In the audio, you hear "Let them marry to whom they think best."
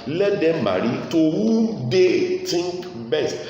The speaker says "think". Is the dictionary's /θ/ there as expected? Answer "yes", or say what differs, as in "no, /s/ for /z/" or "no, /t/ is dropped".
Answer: no, /t/ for /θ/